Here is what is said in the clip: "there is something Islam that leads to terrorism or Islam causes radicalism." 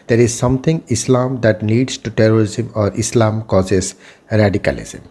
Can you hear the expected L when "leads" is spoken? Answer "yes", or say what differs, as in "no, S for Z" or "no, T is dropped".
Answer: no, N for L